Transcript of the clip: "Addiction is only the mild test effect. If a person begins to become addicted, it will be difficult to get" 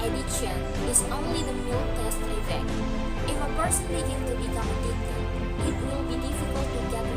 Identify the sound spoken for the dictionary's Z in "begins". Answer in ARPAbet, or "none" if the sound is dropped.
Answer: none